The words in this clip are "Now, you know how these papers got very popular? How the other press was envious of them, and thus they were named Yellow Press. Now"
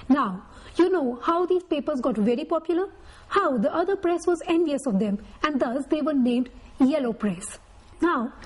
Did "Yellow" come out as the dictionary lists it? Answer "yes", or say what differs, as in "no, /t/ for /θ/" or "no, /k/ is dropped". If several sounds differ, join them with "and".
yes